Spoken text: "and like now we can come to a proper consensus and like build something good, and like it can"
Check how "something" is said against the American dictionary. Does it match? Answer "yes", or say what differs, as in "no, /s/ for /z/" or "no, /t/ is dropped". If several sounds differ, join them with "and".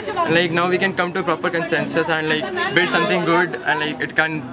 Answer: no, /t/ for /θ/